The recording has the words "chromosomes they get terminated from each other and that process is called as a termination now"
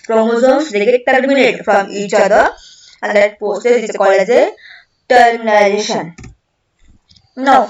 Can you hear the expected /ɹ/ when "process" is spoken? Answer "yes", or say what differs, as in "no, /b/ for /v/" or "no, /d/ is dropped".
no, /ɹ/ is dropped